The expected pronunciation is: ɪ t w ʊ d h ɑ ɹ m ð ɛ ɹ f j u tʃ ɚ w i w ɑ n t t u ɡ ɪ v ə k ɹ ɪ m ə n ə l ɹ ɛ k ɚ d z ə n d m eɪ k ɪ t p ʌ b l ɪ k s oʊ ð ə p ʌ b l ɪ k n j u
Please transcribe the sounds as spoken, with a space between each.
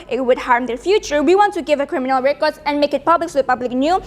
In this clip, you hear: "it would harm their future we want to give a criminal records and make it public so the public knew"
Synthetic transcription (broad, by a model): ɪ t w ʊ d h ɑ ɹ m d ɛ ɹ f j u tʃ ɚ w i w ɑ n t t u ɡ ɪ v ə k ɹ ɪ m ə n ə l ɹ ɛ k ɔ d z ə n m eɪ k ɪ t p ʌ b l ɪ k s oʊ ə p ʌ b l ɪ k n j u